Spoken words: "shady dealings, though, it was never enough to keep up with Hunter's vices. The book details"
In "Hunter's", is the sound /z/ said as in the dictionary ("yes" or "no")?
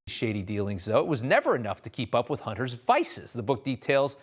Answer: yes